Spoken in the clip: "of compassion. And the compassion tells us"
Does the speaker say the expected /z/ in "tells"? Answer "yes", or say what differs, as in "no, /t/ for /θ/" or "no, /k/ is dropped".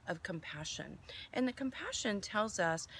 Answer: yes